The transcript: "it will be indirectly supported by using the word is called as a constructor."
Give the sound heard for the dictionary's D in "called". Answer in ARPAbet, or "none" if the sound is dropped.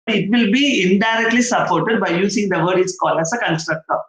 none